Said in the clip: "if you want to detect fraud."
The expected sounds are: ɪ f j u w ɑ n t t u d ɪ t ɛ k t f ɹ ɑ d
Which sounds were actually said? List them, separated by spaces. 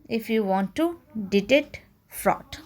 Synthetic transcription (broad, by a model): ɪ f j u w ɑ n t t u d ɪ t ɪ t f ɹ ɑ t